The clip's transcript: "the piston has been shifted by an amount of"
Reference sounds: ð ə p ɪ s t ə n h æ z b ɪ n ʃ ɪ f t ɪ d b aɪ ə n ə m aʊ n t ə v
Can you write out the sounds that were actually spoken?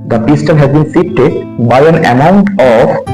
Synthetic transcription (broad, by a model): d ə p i s t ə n h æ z b ɪ n s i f t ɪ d b aɪ ə n ə m aʊ n t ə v